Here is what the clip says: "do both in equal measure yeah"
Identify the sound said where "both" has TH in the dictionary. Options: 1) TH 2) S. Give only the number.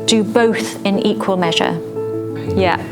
1